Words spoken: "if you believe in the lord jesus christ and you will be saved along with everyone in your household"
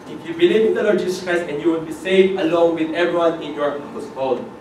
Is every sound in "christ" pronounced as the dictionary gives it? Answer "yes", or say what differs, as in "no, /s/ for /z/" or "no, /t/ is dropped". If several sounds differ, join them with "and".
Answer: no, /t/ is dropped